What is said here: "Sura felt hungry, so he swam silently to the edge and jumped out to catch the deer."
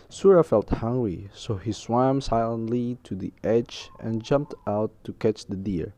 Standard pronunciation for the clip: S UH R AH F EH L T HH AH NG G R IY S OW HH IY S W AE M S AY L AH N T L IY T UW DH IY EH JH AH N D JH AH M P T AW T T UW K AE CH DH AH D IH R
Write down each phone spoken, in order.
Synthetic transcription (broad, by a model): S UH R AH F EH L T HH AH NG G R IY S OW HH IY S W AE M S AY L AH N T L IY T UW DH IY EH JH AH N JH AH M P T AW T T UW K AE CH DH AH D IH R